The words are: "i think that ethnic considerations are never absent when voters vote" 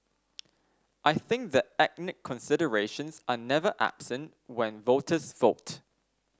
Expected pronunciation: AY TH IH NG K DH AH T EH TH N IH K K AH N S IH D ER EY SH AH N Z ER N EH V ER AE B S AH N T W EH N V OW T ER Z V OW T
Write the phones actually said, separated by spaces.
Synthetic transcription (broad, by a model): AY TH IH NG K DH AH T EH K N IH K K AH N S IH D ER EY SH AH N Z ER N EH V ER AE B S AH N T W EH N V OW T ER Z V OW T